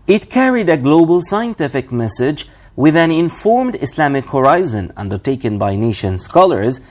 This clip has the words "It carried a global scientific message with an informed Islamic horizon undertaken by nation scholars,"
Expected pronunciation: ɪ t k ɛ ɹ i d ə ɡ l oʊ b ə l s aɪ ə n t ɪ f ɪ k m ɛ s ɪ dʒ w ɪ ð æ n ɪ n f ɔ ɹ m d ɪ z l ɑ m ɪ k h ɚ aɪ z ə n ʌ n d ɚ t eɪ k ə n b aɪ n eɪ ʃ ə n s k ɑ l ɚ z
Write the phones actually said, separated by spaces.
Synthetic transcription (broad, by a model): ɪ t k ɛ ɹ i d ə ɡ l oʊ b ə l s aɪ ə n t ɪ f ɪ k m ɛ s ɪ dʒ w ɪ ð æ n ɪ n f ɔ ɹ m d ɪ s l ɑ m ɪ k h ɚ aɪ z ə n ʌ n d ɚ t eɪ k ə n b aɪ n eɪ ʃ ə n s k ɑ l ɚ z